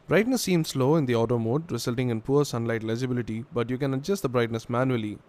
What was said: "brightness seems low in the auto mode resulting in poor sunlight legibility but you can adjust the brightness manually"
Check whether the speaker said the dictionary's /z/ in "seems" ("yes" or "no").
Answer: no